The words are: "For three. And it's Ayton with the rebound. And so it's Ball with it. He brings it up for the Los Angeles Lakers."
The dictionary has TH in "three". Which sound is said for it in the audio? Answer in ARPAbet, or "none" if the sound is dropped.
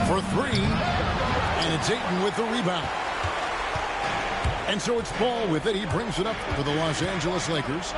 TH